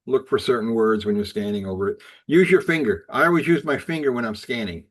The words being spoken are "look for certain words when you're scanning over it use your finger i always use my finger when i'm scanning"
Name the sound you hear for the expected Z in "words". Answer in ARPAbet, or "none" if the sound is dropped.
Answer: Z